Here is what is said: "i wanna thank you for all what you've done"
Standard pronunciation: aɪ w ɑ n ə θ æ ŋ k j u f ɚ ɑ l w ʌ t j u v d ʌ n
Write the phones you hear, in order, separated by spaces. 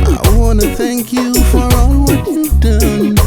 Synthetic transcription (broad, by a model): aɪ w ɑ n ə θ æ ŋ k j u f ɚ ɑ l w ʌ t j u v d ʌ n